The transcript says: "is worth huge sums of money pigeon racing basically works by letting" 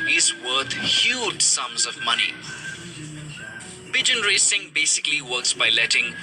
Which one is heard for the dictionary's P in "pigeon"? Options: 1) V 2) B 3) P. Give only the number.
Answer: 2